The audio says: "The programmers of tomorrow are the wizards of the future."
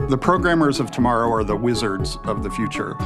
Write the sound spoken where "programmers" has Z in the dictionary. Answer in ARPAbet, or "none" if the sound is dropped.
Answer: Z